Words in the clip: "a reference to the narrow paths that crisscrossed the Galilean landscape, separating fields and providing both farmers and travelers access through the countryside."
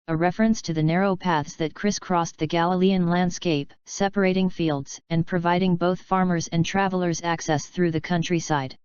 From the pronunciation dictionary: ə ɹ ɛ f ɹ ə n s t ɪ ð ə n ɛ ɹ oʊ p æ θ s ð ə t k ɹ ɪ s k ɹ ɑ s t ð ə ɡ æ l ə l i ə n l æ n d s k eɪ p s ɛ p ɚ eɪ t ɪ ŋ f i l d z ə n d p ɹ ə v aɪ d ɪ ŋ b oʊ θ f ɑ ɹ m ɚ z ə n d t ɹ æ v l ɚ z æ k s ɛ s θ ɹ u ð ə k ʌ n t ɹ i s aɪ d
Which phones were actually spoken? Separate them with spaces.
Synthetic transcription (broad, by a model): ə ɹ ɛ f ɹ ə n s t ɪ ð ə n ɛ ɹ oʊ p æ θ s ð ə t k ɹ ɪ s k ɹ ɑ s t ð ə ɡ æ l ə l i ə n l æ n d s k eɪ p s ɛ p ɚ eɪ t ɪ ŋ f i l d z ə n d p ɹ ə v aɪ d ɪ ŋ b oʊ θ f ɑ ɹ m ɚ z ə n t ɹ æ v l ɚ z æ k s ɛ s θ ɹ u ð ə k ʌ n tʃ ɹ i s aɪ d